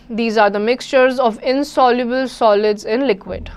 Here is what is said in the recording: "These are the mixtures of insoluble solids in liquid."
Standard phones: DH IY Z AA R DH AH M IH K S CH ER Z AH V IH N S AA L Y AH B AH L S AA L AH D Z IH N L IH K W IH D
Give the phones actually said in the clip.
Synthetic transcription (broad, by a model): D IY Z AA R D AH M IH K S CH ER Z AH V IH N S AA L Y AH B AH L S AA L AH D Z IH N L IH K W IH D